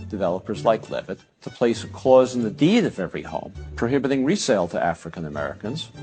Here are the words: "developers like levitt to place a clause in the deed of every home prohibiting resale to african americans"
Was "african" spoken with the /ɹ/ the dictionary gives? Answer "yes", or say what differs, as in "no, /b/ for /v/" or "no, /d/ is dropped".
yes